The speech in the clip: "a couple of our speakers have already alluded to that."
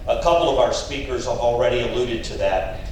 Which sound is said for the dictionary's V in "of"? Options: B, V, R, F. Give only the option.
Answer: V